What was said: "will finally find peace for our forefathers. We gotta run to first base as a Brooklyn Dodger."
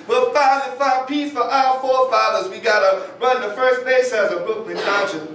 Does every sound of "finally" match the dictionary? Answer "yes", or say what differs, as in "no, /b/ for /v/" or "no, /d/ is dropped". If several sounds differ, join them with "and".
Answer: no, /n/ is dropped